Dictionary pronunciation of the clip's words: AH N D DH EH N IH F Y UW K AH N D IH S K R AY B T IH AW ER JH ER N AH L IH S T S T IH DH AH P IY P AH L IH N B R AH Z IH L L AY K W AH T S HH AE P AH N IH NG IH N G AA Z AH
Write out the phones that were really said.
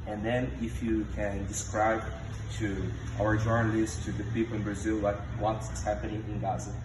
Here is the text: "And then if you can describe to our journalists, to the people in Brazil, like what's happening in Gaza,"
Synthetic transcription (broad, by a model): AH N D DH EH N IH F Y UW K AH N D IH S K R AY B T IH AW ER JH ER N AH L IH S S T IH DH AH P IY P L IH N B R AH Z IH L W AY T W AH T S HH AE P AH N IH NG IH N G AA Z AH